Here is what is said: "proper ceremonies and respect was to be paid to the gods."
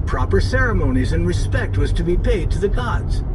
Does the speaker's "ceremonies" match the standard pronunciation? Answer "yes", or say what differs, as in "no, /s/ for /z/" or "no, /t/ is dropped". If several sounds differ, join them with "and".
yes